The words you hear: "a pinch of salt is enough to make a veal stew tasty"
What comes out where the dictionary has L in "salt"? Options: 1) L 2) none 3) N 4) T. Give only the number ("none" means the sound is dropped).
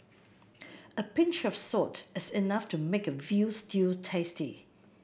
2